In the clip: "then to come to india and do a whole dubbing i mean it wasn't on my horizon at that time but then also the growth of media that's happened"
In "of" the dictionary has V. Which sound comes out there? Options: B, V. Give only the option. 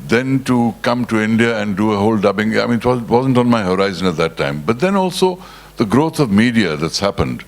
V